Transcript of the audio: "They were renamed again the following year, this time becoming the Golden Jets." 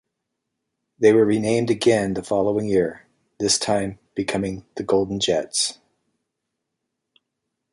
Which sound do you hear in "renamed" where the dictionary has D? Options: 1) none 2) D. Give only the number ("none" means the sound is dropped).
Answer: 2